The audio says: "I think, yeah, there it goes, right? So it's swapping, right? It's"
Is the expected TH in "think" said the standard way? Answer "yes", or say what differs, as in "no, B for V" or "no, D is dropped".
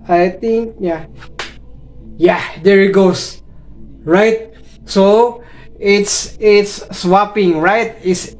no, T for TH